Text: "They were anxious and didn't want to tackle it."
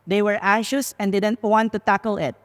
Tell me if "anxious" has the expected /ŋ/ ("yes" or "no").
no